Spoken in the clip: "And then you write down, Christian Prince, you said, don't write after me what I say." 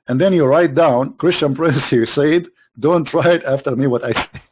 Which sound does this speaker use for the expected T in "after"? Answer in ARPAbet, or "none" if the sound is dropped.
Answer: T